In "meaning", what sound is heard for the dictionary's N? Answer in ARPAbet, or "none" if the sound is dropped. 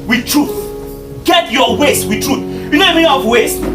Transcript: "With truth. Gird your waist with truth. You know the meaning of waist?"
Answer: none